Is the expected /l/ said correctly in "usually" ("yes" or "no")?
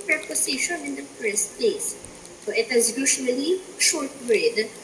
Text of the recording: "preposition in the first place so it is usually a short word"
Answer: no